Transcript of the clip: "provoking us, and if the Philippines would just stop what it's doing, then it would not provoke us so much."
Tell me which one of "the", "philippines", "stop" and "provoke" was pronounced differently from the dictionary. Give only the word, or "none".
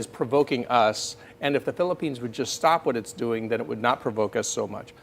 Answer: none